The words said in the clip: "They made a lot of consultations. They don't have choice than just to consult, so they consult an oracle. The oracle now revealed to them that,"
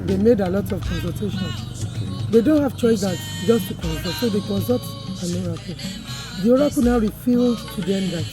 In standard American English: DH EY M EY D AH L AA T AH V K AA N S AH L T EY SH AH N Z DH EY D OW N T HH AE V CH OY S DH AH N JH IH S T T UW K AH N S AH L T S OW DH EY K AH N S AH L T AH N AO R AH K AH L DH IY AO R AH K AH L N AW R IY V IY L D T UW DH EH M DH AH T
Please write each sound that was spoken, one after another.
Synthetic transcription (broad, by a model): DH EY M EY D AH L AA T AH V K AA N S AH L T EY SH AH N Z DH EY D OW N T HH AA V CH OY S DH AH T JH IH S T T UW K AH N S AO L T S OW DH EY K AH N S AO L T AH N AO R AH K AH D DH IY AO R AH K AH N AW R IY F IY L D T UW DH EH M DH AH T